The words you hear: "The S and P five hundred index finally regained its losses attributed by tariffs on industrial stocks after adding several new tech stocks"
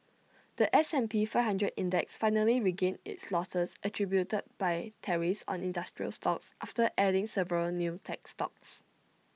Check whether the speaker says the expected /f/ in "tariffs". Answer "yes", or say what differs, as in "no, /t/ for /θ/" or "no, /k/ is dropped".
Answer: no, /f/ is dropped